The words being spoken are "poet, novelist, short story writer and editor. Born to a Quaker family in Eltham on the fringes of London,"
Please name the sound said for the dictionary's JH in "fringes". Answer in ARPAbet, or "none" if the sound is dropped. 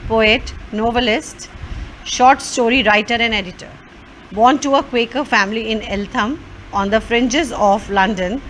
JH